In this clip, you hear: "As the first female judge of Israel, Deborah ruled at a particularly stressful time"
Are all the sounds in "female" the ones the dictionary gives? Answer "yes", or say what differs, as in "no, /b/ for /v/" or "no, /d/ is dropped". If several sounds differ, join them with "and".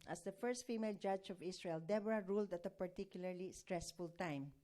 yes